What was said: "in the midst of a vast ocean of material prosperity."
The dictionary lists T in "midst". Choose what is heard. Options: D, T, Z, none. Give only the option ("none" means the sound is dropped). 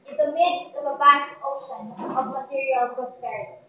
T